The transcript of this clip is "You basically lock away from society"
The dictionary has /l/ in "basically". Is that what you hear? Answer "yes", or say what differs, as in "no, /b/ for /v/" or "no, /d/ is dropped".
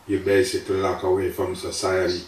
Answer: no, /l/ is dropped